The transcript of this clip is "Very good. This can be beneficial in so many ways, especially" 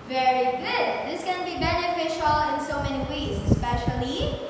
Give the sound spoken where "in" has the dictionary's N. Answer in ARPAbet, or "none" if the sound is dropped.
N